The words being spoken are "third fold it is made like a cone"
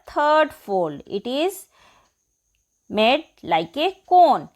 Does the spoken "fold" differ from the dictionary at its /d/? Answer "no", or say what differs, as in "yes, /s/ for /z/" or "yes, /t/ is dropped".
yes, /d/ is dropped